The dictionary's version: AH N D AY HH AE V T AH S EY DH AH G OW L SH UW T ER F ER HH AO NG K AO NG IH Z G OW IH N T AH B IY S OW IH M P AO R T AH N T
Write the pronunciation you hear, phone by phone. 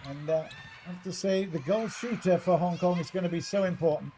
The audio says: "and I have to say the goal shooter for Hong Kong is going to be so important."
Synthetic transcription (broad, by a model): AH N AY HH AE F T AH S EY DH AH G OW L SH UW T ER F ER HH AO NG K AO NG IH Z G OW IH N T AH B IY S OW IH M P AO R T N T